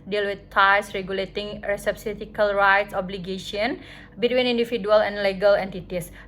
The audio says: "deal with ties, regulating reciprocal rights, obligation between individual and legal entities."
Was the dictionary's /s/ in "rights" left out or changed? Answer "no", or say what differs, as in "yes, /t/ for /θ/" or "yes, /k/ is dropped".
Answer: no